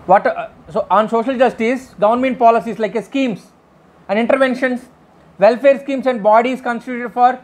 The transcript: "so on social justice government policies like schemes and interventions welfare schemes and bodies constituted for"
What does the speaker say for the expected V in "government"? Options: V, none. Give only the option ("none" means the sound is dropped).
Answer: none